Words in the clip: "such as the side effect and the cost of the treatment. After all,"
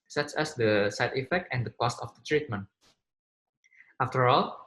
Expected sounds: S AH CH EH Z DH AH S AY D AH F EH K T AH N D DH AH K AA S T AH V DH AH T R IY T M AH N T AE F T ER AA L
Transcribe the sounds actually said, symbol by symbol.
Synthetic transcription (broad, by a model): S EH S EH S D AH S AY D AH F EH K T AH N D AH K AA S T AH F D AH T R IY T M AH N T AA F T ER AA L